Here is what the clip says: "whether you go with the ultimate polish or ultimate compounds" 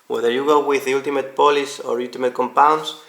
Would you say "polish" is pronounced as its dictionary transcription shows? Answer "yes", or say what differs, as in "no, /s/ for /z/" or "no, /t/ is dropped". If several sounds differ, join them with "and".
no, /s/ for /ʃ/